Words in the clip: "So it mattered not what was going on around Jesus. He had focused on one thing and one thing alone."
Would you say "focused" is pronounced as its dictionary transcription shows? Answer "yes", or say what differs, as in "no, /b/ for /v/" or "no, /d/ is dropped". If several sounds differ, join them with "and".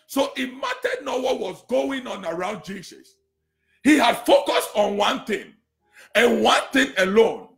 yes